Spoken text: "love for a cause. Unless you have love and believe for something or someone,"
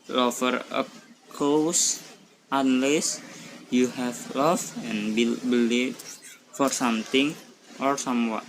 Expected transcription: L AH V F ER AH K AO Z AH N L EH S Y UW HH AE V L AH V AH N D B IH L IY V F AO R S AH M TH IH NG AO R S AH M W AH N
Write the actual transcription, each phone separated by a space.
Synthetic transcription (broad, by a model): L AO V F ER AH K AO S AH N L EH S Y UW HH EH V L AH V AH N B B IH L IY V F AO R S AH M T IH NG AO R S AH M W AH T